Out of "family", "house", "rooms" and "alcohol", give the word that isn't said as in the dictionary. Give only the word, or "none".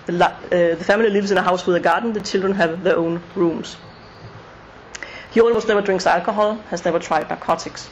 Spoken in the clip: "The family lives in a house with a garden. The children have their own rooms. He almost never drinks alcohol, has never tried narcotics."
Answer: rooms